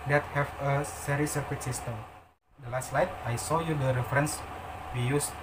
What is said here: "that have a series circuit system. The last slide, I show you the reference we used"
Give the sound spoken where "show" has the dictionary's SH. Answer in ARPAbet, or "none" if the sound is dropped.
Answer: S